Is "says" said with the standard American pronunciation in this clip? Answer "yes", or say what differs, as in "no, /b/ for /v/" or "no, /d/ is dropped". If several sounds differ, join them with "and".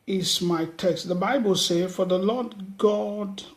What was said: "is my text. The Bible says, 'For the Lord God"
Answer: no, /z/ is dropped